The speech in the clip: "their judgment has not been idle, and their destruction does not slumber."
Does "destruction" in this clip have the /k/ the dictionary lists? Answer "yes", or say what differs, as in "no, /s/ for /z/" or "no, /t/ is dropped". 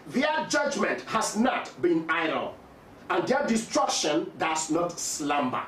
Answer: yes